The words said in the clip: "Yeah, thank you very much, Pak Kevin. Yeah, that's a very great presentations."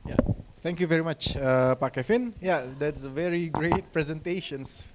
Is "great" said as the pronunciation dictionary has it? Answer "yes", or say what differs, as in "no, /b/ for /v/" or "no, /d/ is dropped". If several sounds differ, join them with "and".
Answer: yes